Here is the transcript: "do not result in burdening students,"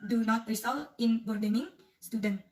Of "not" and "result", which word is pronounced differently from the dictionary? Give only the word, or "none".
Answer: result